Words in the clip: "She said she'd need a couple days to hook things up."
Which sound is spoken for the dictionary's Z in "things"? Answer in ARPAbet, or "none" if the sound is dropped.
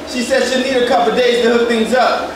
Z